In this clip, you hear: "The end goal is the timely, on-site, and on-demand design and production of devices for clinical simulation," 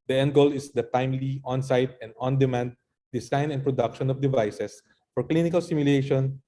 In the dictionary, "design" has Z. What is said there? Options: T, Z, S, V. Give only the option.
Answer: S